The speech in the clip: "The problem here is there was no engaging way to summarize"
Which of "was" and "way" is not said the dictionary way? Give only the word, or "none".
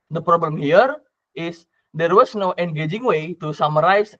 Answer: was